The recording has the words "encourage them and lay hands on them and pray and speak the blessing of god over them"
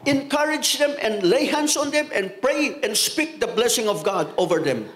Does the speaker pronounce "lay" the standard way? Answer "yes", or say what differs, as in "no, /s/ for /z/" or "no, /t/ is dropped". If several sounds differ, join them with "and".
yes